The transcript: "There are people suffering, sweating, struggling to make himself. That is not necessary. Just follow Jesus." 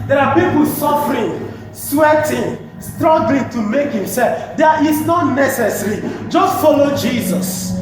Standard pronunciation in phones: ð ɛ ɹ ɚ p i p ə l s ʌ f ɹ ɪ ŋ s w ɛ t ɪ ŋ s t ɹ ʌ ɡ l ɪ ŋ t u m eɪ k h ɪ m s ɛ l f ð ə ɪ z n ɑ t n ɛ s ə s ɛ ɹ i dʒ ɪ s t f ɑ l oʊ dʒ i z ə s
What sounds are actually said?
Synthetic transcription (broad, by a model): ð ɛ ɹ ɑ p i p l s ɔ f ɹ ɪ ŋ s w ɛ t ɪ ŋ s t ɹ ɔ ɡ l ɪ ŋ t u m eɪ k h ɪ m s ɛ l f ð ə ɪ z n ɑ t n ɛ s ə s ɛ ɹ i dʒ ɪ s t f ɑ l oʊ dʒ i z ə s